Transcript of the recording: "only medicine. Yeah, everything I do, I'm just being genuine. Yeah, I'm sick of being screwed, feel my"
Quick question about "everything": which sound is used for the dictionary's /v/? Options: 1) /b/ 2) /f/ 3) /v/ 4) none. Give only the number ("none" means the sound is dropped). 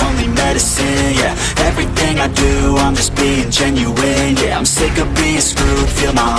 3